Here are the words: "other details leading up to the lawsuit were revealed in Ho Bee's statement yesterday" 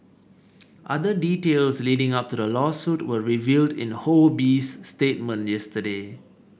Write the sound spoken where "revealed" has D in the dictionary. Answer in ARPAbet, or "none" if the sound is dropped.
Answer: D